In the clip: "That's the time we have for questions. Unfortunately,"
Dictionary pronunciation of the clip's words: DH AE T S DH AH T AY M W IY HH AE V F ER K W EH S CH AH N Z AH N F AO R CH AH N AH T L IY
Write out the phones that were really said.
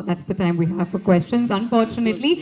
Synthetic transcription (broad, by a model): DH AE T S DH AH T AY M W IY HH AE V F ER K W EH S CH AH N Z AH N F AO R CH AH N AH T L IY